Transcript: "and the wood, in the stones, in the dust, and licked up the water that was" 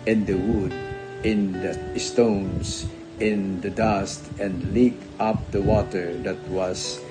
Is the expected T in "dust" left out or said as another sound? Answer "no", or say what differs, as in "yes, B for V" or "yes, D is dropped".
no